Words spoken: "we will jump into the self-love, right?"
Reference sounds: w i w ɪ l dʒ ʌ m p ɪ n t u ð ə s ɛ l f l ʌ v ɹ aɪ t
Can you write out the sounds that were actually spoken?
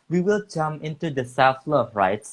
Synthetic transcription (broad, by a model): w i w ɪ l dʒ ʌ m ɪ n t u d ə s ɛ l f l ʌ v ɹ aɪ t